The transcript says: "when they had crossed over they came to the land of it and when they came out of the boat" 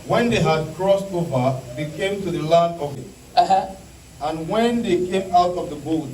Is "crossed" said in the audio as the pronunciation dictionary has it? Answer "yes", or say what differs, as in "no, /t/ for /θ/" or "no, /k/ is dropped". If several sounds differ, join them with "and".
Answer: yes